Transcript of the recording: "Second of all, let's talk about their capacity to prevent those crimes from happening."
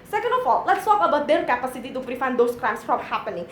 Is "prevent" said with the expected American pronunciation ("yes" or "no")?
no